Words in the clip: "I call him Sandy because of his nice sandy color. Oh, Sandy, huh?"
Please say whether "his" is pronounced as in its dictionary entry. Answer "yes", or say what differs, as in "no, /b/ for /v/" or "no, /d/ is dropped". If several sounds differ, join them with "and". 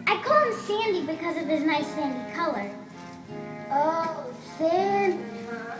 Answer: no, /s/ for /z/